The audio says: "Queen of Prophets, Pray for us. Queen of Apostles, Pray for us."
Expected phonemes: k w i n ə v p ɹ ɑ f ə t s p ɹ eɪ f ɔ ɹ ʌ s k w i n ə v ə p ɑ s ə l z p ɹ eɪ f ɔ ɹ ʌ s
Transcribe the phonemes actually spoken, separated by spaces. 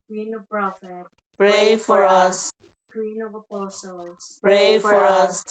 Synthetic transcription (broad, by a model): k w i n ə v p ɹ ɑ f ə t p ɹ eɪ f ɔ ɹ ʌ s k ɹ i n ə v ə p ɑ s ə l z p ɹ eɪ f ɔ ɹ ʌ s